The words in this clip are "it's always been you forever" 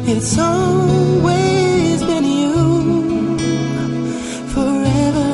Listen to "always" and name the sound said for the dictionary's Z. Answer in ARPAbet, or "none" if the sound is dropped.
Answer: Z